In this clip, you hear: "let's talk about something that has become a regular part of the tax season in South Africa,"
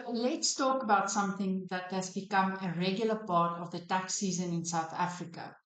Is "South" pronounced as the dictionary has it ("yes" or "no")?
yes